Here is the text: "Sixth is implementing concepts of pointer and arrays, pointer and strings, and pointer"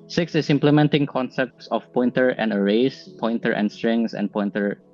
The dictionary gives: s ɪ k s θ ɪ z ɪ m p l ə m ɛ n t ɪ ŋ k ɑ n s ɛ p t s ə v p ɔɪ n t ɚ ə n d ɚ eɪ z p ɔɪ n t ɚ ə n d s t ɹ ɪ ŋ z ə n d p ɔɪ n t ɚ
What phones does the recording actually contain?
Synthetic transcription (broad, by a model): s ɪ k s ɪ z ɪ m p l ə m ɛ n t ɪ ŋ k ɑ n s ɛ p t s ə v p ɔɪ n t ɚ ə n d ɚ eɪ s p ɔɪ n t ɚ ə n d s t ɹ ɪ ŋ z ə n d p ɔɪ n t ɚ